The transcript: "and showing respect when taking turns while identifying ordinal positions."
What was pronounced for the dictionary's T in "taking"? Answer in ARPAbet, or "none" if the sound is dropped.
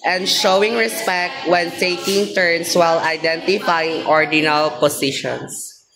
S